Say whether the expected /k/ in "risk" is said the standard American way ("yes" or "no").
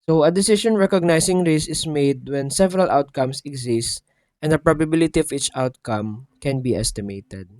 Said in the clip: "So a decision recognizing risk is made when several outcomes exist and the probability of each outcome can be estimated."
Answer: no